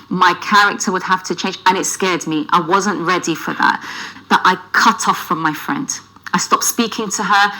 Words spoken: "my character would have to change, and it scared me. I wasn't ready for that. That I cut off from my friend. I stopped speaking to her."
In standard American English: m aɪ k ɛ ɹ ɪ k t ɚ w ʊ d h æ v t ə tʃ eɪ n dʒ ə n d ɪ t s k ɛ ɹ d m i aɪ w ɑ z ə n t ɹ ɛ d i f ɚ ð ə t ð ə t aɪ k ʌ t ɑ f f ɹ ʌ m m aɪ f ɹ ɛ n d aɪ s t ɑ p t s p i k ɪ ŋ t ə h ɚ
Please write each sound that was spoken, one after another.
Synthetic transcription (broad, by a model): m aɪ k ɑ ɹ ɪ k t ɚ w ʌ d h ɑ f t ə tʃ eɪ n dʒ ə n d ɪ t s k ɛ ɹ d m i aɪ w ɑ z ə n t ɹ ɛ d i f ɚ ð ə t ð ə t aɪ k ʌ t ɑ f f ɹ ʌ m m aɪ f ɹ ɛ n d aɪ s t ɑ p t s p i k ɪ ŋ t ə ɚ